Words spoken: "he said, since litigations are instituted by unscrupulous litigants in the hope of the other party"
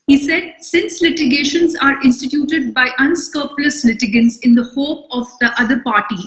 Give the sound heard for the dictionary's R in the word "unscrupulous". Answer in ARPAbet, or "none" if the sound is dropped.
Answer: none